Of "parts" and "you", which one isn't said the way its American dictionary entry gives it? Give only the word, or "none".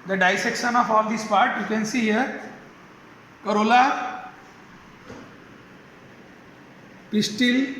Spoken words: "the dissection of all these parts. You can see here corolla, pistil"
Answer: parts